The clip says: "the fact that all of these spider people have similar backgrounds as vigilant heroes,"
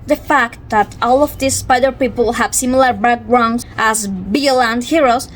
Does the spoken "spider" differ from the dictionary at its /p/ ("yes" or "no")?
no